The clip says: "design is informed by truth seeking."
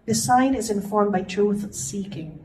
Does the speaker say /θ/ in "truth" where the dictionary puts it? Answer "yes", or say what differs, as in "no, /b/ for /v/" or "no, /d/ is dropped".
yes